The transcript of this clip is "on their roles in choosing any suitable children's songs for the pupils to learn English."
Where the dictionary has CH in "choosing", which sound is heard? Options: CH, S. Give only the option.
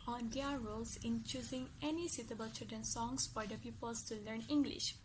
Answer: CH